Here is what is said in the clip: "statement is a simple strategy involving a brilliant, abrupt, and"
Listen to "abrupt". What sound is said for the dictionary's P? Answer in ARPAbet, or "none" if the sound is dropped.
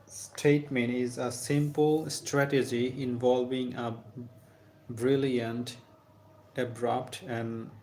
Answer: P